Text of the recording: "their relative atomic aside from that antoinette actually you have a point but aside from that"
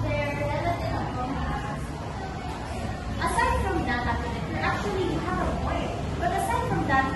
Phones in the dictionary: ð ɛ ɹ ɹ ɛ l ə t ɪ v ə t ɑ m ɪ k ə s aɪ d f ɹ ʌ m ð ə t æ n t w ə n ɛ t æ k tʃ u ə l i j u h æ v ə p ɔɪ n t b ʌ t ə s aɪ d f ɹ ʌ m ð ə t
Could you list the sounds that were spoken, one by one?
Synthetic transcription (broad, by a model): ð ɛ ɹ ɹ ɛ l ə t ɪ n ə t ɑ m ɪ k ə s aɪ d f ɹ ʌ m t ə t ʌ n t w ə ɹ t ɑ k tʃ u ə l i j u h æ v ə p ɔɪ t b ʌ t ə s aɪ d f ɹ ʌ m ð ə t